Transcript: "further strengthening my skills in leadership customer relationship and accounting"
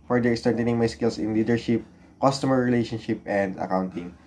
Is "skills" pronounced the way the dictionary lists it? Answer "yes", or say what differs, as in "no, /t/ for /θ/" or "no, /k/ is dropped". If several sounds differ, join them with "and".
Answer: no, /s/ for /z/